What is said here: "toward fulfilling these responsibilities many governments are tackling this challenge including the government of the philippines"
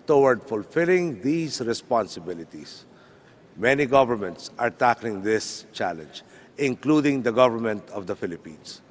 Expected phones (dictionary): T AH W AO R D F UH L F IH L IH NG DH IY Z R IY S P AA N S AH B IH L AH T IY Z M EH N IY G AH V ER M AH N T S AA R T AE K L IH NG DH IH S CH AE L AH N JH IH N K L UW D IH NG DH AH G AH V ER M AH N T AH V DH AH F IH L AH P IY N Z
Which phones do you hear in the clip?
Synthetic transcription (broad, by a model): T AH W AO R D F UH L F IH L IH NG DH IY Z R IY S P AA N S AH B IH L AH T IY S M EH N IY G AH V ER M AH N T S AA R T AE K L IH NG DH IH S CH AE L AH N JH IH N K L UW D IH NG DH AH G AH V ER M AH N T AH V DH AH F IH L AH P IY N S